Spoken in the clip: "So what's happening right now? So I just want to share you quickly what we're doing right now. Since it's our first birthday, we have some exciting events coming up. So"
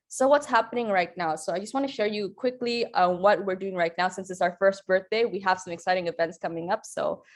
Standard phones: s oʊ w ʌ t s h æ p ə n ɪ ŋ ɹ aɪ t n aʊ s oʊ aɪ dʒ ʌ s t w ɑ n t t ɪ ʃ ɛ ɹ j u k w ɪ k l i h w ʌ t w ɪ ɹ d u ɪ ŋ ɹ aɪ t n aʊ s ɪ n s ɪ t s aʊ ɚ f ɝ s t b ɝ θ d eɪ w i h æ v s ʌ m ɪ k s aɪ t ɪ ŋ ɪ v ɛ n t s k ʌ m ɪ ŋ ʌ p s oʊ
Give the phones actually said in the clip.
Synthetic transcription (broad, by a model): s oʊ w ʌ t s h æ p ə n ɪ ŋ ɹ aɪ t n aʊ s oʊ aɪ dʒ ʌ s t w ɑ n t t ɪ ʃ ɛ ɹ j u k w ɪ k l i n w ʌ t w ɪ ɹ d u ɪ ŋ ɹ aɪ t n aʊ s ɪ n s ɪ t s aʊ ɚ f ɝ s t b ɝ θ d eɪ w i h æ v s ʌ m ɪ k s aɪ t ɪ ŋ ɪ v ɛ n t s k ʌ m ɪ ŋ ʌ p s oʊ